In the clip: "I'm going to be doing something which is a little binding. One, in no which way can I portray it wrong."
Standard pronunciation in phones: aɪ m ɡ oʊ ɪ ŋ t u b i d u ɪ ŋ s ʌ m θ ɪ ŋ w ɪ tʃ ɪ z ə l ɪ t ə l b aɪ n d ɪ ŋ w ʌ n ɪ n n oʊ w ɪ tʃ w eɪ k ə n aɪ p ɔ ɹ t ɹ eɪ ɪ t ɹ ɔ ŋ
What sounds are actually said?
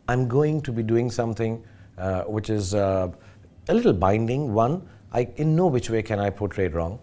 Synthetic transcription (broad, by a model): aɪ m ɡ oʊ ɪ ŋ t u b i d u ɪ ŋ s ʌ m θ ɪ ŋ w ɪ tʃ ɪ z ə l ɪ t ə l b aɪ n d ɪ ŋ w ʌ n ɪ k n oʊ w ɪ tʃ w eɪ k ə n aɪ p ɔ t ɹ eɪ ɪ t ɹ ɔ ŋ